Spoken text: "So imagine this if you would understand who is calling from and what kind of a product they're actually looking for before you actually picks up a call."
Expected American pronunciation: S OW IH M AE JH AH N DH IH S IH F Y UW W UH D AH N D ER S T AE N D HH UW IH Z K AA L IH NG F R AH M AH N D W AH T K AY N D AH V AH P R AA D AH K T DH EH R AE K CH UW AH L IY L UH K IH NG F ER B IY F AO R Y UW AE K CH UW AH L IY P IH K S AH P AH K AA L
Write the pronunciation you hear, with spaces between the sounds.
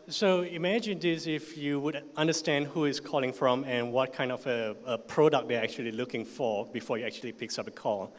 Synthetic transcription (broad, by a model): S OW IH M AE JH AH N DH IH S IH F Y UW W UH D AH N D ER S T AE N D HH UW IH S K AA L IH NG F R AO M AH N W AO T K AY N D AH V AH P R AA D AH K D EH AE K CH UW AH L IY L UH K IH NG F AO B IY F AO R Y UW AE K CH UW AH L IY P IH K S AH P AH K AA L